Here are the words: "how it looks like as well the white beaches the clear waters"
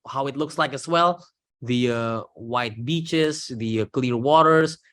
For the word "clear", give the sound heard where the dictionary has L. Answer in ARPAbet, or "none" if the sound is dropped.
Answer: L